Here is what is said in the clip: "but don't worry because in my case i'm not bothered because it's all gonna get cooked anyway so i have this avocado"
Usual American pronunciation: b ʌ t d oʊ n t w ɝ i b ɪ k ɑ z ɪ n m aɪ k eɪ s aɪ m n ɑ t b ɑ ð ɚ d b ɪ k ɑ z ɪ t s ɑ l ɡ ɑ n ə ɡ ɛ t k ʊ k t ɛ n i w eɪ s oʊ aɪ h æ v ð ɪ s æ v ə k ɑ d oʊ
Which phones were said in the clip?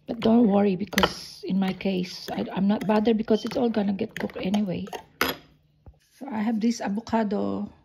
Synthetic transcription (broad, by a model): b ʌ t d oʊ n t w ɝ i b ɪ k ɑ s ɪ n m aɪ k eɪ s aɪ m n ɑ t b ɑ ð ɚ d b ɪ k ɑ s ɪ t s ɑ l ɡ ɑ n ə ɡ ɛ t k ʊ k ɛ n i w eɪ s oʊ aɪ h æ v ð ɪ s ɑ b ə k ɑ d oʊ